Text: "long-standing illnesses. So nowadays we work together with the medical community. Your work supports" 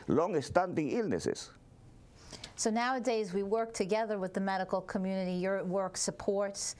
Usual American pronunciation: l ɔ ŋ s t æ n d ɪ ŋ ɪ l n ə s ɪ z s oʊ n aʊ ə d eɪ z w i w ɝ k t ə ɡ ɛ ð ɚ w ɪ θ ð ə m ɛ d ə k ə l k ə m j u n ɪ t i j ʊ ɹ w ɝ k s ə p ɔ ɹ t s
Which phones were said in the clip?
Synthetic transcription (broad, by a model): l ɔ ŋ s t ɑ n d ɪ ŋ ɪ l n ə s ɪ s s oʊ n aʊ ə d eɪ z w i w ɝ k t ə ɡ ɛ ð ɚ w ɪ ð ə m ɛ d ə k l k ə m j u n ɪ t i j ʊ ɹ w ɝ k s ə p ɔ ɹ t s